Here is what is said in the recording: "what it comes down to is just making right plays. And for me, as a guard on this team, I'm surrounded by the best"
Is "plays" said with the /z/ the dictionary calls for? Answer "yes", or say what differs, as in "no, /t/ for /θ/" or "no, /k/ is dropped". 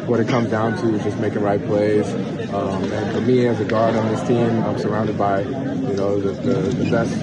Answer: no, /s/ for /z/